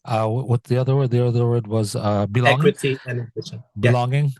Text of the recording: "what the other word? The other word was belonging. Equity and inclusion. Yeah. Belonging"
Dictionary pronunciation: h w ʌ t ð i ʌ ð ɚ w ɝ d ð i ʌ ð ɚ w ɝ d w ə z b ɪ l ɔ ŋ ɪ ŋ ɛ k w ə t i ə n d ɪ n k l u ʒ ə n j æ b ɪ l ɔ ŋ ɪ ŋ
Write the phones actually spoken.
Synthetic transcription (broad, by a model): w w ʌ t ð i ʌ ð ɚ w ɝ d ð i ʌ ð ɚ w ɝ d w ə z b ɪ l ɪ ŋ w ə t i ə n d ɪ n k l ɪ ʃ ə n b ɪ l ɔ ŋ ɪ ŋ